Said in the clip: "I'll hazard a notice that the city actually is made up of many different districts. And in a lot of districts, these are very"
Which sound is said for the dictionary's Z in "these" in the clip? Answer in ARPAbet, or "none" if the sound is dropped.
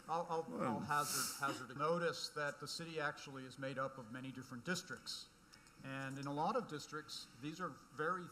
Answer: Z